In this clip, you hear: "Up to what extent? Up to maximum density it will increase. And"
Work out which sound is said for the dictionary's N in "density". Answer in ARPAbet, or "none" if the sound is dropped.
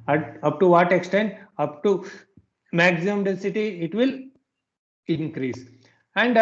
none